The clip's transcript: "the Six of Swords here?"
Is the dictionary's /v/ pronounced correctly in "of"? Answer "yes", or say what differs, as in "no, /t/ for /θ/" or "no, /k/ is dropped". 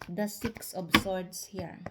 no, /b/ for /v/